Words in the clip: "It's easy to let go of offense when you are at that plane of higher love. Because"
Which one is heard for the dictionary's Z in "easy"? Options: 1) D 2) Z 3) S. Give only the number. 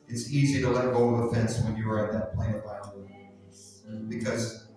2